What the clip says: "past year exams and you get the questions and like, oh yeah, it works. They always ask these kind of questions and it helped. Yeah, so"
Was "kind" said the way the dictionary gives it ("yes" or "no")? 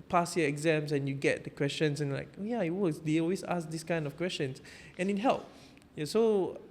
yes